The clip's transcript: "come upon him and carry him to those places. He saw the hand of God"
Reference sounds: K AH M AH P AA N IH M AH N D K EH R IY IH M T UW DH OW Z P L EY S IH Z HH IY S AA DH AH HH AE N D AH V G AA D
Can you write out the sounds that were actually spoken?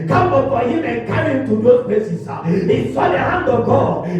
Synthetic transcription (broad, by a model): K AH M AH F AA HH IH M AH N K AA R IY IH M T UW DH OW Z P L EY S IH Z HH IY S AA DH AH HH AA N D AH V G AA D